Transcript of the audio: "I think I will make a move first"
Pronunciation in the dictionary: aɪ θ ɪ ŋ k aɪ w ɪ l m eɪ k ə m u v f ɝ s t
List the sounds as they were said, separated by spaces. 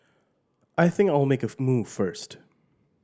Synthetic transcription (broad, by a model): aɪ θ ɪ ŋ k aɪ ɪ l m eɪ k ə m u v f ɝ s t